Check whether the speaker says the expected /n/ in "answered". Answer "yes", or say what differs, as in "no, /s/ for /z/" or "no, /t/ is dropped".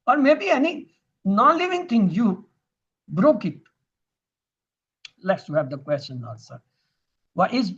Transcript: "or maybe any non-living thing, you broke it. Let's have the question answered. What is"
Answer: no, /l/ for /n/